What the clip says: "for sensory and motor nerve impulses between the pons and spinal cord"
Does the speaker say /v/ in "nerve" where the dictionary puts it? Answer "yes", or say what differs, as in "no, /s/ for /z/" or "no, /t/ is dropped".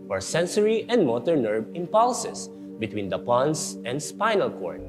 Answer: no, /b/ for /v/